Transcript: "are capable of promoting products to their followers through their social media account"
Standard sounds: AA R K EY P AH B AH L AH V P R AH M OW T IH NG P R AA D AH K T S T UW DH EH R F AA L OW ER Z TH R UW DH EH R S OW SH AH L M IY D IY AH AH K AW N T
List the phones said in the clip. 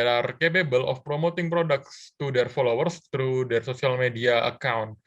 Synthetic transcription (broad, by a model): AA R K EY P AH B AH L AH F P R AH M OW T IH NG P R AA D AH K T S T UW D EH R F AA L OW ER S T R UW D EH R S OW S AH L M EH D IY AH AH K AW N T